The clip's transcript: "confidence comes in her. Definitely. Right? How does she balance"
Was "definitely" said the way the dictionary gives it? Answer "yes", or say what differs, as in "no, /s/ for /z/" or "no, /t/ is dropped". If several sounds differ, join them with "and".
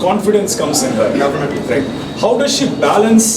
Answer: no, /l/ is dropped